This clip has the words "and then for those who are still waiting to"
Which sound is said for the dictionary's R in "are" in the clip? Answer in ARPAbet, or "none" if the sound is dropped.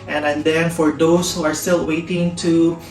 R